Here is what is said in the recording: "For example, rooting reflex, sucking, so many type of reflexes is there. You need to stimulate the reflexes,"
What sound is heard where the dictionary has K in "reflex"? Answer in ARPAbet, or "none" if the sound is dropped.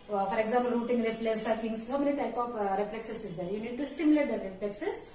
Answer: none